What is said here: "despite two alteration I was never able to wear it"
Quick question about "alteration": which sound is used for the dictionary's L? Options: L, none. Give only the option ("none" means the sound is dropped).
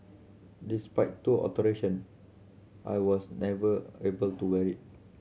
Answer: none